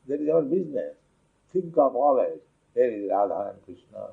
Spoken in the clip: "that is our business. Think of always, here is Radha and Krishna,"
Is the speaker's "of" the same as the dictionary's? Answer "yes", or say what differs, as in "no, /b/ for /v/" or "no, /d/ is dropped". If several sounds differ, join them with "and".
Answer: no, /p/ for /v/